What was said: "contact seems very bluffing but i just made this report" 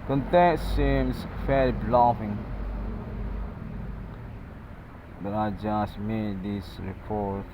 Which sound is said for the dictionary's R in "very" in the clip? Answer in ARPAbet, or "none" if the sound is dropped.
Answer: L